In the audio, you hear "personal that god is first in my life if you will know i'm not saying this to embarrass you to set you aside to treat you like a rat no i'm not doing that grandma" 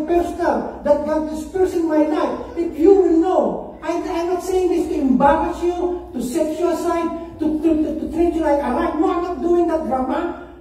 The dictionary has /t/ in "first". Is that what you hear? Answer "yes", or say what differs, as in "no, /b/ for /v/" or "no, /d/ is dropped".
no, /t/ is dropped